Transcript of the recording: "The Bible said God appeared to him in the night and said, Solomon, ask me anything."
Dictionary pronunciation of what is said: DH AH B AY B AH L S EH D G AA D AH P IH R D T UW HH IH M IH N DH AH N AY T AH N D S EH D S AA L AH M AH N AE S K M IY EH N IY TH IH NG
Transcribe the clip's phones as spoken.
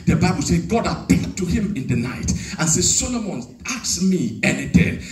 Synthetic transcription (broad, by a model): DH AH B AY B AH L S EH G AA D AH P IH L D T UW HH IH M IH N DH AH N AY T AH N S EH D S AA L AH M AH N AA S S M IY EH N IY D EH